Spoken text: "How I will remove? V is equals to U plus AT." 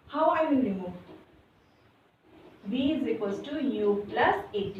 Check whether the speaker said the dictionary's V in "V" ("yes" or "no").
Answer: no